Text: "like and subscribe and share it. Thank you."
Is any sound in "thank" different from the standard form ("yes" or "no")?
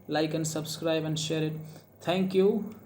yes